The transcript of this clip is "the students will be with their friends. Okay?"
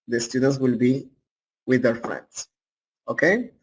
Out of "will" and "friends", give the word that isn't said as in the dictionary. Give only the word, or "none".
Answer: friends